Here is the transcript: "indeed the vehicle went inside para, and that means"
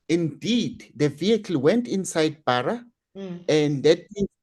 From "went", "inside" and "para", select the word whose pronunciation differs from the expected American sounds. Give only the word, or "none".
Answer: para